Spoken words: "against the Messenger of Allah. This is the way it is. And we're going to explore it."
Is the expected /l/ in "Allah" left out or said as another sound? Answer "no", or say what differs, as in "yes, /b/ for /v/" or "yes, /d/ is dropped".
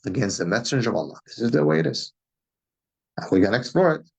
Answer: no